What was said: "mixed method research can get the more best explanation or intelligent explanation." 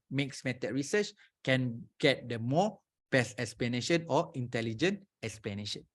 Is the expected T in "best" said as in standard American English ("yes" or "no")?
no